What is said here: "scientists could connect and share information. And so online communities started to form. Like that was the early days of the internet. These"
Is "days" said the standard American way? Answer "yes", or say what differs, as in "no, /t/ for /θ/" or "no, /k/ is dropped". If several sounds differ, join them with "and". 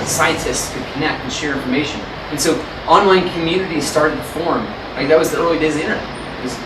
no, /z/ is dropped